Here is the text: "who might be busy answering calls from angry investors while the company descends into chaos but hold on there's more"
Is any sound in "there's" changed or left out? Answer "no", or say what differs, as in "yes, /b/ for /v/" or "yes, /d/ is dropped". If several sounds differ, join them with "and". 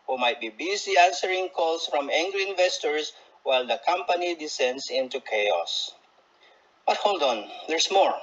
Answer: yes, /s/ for /z/